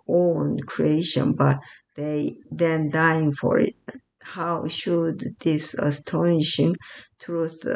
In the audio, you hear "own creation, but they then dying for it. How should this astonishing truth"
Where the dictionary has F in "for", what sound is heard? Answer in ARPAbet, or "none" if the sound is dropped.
F